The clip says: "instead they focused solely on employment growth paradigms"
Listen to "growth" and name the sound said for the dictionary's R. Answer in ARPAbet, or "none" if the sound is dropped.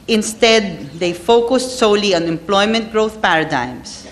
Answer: R